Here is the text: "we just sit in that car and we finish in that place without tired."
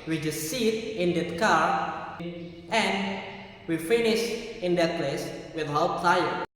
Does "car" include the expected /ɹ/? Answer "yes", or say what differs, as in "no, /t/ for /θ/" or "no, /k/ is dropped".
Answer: yes